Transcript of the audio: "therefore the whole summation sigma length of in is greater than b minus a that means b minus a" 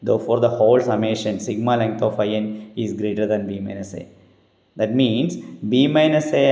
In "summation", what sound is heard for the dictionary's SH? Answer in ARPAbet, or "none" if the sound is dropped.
SH